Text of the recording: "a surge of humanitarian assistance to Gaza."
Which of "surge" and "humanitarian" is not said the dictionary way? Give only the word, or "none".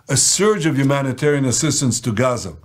none